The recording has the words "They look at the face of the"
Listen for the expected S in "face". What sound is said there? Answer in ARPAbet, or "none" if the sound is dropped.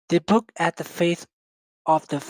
TH